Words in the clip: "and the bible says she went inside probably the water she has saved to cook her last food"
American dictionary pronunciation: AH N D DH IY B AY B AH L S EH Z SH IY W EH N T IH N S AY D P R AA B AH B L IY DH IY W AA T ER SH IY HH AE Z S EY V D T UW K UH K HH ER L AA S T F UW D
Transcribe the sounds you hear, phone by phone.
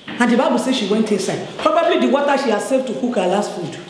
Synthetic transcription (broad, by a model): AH N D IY B AY B AH L S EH SH IY W EH N T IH S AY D P R AA B AH B L IY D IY W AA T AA SH IY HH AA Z S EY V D T UW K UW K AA L AA S T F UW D